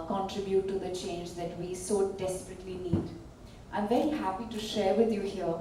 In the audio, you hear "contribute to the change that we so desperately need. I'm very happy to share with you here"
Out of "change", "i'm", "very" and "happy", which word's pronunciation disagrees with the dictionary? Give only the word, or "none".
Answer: very